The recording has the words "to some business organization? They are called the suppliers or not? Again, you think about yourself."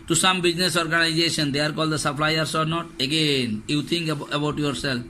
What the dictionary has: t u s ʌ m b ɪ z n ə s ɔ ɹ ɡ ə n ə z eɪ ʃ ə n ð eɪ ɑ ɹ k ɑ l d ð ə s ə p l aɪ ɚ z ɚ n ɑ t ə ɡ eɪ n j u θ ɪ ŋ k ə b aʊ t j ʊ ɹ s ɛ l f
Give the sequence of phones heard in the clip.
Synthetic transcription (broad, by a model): t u s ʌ m b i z n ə s ɔ ɹ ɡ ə n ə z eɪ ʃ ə n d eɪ ɑ ɹ k ɑ l d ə s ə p l aɪ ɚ s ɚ n ɑ t ə ɡ eɪ n j u t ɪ ŋ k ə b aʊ t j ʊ ɹ s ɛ l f